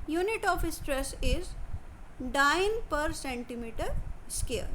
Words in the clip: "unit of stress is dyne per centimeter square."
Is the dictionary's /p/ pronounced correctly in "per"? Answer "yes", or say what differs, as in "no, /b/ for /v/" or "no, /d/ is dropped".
yes